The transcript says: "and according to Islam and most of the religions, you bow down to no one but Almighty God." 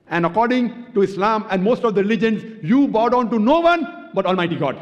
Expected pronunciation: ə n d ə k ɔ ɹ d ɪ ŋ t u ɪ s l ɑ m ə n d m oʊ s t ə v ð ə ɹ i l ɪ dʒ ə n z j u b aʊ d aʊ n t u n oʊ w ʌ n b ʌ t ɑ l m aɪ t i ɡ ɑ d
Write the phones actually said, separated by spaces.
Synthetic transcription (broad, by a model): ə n d ə k ɔ ɹ d ɪ ŋ t u ɪ s l ɑ m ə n d m oʊ s t ə v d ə ɹ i l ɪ dʒ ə n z j u b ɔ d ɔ n t u n oʊ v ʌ n b ʌ t ɑ l m aɪ t i ɡ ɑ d